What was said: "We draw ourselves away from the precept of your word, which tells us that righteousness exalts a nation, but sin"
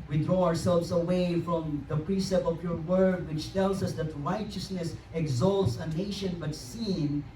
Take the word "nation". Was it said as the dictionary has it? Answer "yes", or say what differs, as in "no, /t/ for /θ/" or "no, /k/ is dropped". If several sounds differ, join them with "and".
yes